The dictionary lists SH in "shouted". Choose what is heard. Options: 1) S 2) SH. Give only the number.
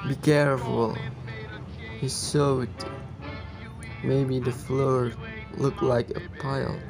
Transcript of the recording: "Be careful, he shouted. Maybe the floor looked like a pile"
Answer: 1